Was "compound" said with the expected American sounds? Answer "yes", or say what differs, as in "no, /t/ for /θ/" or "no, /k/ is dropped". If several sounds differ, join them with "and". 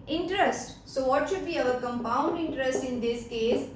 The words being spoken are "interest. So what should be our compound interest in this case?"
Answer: yes